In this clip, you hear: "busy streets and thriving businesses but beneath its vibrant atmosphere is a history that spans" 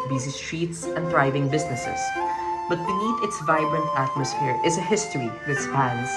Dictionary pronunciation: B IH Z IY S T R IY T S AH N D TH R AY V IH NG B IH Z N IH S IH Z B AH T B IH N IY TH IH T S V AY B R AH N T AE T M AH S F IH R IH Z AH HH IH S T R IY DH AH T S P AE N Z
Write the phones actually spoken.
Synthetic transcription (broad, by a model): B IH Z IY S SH IY T S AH N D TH R AY V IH NG B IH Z N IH S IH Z B AH T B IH N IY T IH T S V AY B R AH N T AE T M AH S F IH R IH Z AH HH IH S T R IY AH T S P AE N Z